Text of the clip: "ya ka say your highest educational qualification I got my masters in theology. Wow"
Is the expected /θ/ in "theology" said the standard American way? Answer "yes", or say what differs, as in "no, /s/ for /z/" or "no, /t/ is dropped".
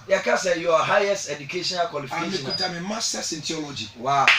no, /t/ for /θ/